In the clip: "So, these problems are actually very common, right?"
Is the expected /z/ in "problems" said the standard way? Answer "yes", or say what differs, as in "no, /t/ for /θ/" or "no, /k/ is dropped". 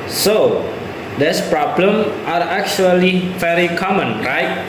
no, /z/ is dropped